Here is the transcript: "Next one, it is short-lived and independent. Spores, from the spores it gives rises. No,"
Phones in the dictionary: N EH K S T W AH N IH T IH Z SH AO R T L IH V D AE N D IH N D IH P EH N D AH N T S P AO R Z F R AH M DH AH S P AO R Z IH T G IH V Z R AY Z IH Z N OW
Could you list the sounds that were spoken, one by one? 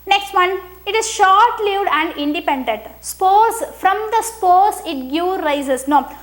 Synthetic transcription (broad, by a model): N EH K S T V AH N IH T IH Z SH AO R T L IH V D AE N D IH N D IH P EH N D AH N T S P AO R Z F R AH M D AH S P AO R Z IH T G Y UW R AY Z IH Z N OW